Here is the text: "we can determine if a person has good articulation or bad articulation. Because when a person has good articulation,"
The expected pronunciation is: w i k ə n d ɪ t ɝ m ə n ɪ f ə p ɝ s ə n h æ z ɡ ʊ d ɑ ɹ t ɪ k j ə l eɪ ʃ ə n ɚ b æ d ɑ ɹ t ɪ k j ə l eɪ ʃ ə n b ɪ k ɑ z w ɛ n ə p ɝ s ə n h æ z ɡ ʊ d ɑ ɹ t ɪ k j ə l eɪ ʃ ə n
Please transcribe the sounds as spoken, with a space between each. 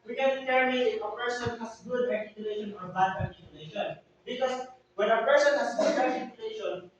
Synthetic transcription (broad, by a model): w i k ə n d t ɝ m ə ɪ f ə p ɝ s ə n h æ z ɡ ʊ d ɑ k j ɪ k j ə l eɪ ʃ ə n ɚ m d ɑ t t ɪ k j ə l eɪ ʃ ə n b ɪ k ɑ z w ɛ n ə p ɝ s ə n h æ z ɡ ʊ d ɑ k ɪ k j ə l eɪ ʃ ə n